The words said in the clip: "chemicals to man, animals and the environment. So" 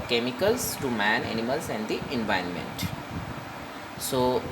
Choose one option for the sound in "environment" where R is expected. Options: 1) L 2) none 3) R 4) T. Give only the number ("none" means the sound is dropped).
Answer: 2